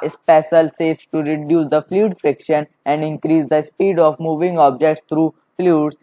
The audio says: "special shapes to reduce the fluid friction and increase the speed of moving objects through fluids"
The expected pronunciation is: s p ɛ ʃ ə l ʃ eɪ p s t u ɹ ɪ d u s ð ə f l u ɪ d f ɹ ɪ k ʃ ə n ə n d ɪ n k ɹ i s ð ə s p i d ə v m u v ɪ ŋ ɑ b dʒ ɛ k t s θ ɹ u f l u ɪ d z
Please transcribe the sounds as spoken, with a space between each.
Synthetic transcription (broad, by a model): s p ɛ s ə l s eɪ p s t u ɹ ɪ d u s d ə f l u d f ɹ ɪ k ʃ ə n ə n d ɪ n k ɹ i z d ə s p i d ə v m u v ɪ ŋ ɑ b dʒ ɛ k t s t ɹ u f l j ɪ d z